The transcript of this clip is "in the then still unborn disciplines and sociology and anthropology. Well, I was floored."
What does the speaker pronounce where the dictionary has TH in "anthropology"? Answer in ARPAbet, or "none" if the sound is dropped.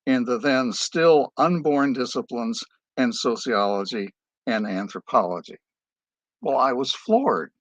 TH